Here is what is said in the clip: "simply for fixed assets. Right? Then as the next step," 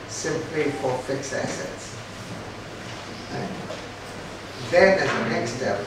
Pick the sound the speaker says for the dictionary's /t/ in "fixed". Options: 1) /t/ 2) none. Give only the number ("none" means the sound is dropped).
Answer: 2